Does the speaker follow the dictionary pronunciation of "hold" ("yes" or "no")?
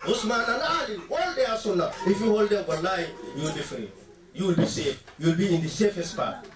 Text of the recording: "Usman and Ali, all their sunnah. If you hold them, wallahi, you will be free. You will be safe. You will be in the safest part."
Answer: yes